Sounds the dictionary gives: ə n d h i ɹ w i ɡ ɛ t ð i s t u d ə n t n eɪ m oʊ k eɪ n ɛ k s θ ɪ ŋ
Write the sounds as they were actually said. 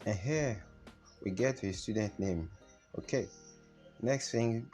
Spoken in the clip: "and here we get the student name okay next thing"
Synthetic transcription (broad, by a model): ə n h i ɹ w i ɡ ɛ t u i s t u d ə n t n eɪ m oʊ k eɪ n ɛ k s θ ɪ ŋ